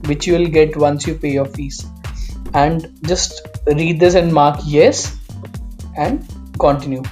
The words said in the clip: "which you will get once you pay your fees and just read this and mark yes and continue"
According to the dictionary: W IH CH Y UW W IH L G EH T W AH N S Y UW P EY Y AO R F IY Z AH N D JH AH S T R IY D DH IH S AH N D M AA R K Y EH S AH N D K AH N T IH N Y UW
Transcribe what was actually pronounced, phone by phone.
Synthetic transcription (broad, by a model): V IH CH Y UW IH L G EH T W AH N S Y UW P EY Y AO R F IY S AH N D JH AH S T R IY D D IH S AH N D M AA R K Y EH S AH N D K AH N T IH N Y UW